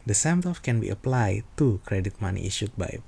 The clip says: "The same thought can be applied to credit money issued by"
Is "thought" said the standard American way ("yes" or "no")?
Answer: no